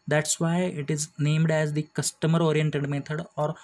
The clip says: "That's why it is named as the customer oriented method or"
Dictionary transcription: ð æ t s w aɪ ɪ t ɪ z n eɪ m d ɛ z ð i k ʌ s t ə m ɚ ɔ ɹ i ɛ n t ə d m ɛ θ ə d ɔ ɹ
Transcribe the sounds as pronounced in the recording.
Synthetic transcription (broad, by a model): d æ t s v aɪ ɪ t ɪ z n eɪ m d ɛ z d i k ʌ s t ə m ɚ ɔ ɹ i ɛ n t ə d m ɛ t ə d ɔ ɹ